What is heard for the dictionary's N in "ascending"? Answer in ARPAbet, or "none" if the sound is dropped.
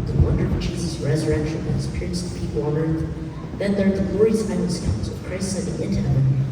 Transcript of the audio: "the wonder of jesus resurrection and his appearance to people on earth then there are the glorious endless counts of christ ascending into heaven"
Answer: none